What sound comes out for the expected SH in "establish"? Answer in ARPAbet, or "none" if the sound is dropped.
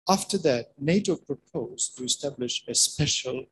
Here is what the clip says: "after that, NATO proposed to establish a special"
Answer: SH